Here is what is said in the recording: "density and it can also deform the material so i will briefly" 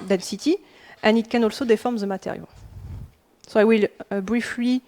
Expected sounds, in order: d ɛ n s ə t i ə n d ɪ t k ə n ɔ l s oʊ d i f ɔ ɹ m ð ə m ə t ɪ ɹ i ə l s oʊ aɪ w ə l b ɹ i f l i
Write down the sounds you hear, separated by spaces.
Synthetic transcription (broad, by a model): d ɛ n s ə t i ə n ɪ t k ə n ɔ l s oʊ d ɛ f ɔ ɹ m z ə m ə t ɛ ɹ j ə s oʊ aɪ w ə l b ɹ i f l i